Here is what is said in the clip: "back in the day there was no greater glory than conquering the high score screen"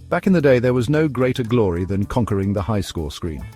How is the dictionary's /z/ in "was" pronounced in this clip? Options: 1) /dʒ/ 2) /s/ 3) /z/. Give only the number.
3